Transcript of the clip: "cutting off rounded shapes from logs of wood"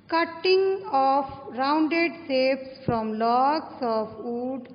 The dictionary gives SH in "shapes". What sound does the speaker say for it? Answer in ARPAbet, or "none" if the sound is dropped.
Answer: S